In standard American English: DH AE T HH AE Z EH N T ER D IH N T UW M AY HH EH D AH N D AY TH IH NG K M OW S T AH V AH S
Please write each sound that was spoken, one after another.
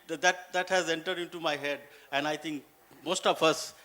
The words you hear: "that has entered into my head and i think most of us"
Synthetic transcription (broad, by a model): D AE T HH AE Z EH N T ER D IH N T UW M AY HH EH D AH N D AY T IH NG K M OW S T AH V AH S